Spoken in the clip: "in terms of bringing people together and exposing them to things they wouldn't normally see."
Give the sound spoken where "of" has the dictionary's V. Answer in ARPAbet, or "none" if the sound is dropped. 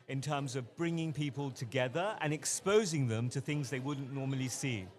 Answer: V